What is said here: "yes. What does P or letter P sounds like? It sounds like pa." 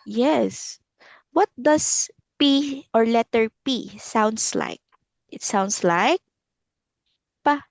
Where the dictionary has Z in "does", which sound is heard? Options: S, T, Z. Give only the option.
S